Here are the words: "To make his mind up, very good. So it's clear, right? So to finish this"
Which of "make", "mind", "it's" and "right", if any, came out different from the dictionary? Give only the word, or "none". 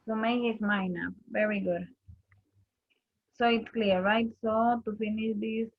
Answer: mind